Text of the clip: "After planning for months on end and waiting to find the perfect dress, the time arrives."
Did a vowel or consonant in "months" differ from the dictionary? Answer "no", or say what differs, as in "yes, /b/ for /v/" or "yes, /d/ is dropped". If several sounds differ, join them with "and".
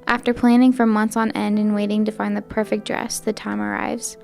no